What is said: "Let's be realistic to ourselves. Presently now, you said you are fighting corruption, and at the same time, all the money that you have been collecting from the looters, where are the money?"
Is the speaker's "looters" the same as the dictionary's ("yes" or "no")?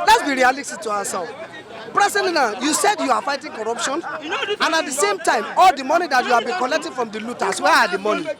no